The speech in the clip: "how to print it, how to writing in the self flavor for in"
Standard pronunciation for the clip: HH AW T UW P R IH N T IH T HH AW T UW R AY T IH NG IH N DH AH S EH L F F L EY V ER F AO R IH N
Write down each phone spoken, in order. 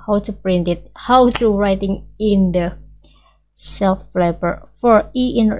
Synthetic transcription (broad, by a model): HH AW T UW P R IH N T IH T HH AW T UW R AY T IH NG IH N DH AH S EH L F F L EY P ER F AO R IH N